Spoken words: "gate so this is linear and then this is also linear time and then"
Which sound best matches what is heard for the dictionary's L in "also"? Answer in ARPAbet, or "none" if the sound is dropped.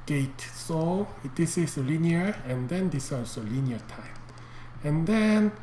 none